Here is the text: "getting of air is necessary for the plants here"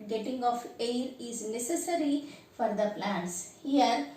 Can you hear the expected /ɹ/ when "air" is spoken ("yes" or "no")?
yes